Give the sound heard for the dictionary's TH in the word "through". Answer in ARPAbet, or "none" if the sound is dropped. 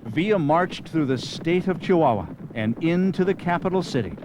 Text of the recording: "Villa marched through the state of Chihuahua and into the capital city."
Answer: TH